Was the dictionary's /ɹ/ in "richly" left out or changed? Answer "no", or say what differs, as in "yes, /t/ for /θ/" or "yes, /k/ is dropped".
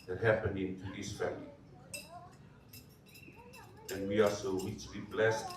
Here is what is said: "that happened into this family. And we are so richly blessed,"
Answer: yes, /w/ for /ɹ/